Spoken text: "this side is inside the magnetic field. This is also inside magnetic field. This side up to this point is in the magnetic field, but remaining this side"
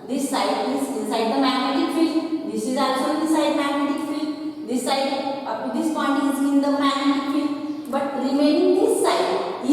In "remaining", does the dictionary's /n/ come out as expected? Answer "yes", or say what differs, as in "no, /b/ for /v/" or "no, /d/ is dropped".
no, /n/ is dropped